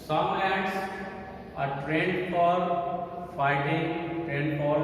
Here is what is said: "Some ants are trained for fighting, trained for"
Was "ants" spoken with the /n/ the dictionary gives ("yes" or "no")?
no